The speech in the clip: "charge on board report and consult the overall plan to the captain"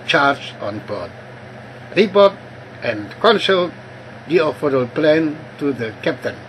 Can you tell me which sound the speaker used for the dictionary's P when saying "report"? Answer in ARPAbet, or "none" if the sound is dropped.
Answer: B